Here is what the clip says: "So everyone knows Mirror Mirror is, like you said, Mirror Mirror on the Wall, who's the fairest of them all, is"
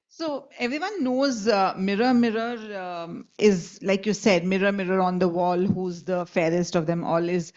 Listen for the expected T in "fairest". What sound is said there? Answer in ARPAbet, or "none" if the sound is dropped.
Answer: T